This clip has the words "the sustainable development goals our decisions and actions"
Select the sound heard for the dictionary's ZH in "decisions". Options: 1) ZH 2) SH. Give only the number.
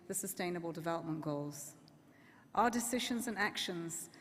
1